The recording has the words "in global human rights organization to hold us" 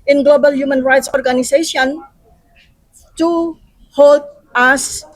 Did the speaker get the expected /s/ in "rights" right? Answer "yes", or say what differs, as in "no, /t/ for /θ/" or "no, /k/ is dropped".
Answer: yes